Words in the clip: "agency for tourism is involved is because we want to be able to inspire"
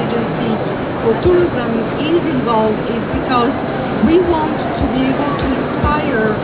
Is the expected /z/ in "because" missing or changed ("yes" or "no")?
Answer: no